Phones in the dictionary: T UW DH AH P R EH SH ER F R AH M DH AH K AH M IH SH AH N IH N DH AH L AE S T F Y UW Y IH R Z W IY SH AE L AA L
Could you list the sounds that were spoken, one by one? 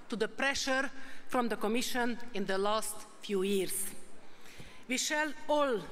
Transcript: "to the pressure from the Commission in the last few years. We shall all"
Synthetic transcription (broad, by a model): T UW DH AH P R EH SH ER F R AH M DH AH K AH M IH SH AH N IH N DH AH L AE S T F Y UW Y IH R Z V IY SH AE L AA L